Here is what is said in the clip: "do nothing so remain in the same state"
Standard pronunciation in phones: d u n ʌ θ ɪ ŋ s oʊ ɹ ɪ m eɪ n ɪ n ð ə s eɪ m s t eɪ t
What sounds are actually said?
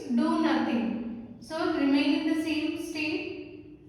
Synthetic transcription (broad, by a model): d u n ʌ t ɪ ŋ s oʊ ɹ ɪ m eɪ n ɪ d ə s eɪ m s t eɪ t